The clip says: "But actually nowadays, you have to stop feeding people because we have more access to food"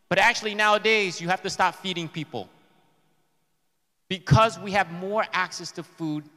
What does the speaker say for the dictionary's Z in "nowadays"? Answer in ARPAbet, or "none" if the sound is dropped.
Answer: Z